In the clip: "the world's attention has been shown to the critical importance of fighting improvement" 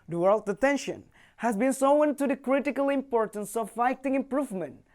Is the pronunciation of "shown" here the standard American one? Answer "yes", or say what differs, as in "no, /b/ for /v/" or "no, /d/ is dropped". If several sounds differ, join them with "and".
no, /s/ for /ʃ/